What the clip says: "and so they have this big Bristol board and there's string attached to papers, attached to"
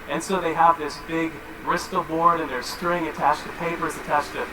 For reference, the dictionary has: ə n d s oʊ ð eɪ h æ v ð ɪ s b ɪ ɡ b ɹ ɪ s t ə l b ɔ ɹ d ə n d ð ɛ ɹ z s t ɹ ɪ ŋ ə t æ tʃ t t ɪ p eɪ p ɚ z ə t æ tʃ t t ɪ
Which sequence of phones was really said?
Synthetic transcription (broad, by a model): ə n s oʊ ð eɪ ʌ v ð ɪ s b ɪ ɡ ɹ ɪ s t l b ɔ ɹ d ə n ð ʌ ɹ s t ɹ ɪ ŋ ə t æ tʃ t t ɪ p eɪ p ɚ z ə t æ tʃ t t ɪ